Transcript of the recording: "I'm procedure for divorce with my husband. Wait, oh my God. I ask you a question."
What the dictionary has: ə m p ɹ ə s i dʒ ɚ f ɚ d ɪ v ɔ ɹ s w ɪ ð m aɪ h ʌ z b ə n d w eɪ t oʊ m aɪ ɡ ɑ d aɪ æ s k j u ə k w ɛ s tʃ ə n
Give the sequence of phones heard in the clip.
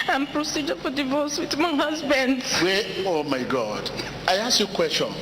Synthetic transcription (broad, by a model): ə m p ɹ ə s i dʒ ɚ f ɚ d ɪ v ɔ s w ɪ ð m aɪ h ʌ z b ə n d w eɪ oʊ m aɪ ɡ ɑ d aɪ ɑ s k j u k w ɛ s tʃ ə n